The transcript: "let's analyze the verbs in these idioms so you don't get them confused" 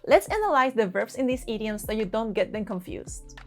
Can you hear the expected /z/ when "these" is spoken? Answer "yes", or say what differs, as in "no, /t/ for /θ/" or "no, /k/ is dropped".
no, /s/ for /z/